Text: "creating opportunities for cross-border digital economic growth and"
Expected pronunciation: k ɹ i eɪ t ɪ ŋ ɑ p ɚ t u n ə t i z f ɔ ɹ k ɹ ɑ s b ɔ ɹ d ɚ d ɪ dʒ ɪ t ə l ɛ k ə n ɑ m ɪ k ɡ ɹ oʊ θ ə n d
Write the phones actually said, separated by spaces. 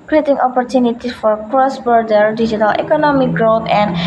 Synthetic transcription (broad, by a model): k ɹ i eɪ t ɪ ŋ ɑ p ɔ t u n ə t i f ɔ ɹ k ɹ ɑ s b ɔ ɹ d ɚ d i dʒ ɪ t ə l ɛ k ə n ɑ m ɪ k ɡ ɹ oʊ t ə n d